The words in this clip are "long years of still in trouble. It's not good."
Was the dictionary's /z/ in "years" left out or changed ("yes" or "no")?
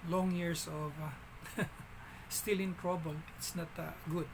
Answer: yes